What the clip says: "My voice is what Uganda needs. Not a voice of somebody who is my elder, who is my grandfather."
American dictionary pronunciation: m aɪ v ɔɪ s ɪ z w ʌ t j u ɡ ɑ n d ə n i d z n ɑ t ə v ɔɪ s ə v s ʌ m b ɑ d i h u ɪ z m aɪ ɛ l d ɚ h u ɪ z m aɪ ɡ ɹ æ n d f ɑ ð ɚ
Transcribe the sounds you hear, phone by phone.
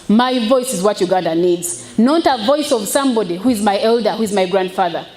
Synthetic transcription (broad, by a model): m aɪ v ɔɪ s ɪ z w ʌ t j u ɡ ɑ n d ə n i d z n ɑ t ə v ɔɪ s ə v s ʌ m b ɑ d i h u ɪ z m aɪ ɛ l d ɚ h u ɪ z m aɪ ɡ ɹ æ n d f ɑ ð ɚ